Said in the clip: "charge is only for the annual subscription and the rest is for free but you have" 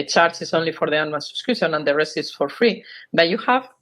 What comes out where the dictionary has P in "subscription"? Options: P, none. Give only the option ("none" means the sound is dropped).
none